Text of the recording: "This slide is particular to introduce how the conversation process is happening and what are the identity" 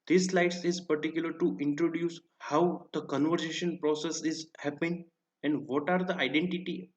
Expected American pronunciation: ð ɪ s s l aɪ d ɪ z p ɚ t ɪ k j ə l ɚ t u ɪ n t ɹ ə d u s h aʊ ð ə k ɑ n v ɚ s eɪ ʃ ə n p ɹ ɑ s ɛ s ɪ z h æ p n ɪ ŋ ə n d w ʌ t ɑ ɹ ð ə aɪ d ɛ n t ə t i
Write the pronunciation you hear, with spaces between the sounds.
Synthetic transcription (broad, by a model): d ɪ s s l aɪ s ɪ z p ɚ t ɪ k j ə l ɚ t u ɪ n t ɹ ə d u s h aʊ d ə k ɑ n v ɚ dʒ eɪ ʃ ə n p ɹ ɑ s ɛ s ɪ z h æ p ɪ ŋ ə n d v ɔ t ɑ ɹ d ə aɪ d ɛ n t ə t i